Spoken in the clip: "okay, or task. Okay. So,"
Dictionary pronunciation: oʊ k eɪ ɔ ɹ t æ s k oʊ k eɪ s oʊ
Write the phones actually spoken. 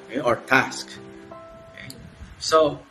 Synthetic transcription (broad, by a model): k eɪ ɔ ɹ t æ s k oʊ k eɪ s oʊ